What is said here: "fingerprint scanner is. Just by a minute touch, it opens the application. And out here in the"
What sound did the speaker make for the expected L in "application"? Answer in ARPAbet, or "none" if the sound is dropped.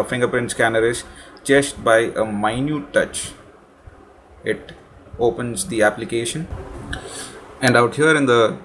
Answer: L